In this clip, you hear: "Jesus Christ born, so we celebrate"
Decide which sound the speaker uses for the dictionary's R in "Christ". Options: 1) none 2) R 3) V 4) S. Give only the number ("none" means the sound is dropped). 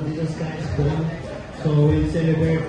1